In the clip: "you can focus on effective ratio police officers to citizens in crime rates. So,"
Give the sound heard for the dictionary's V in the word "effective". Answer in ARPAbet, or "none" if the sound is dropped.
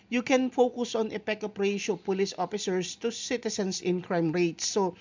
P